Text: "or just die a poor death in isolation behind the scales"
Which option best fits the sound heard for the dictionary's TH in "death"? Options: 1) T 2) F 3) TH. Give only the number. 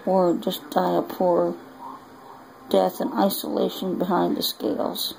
3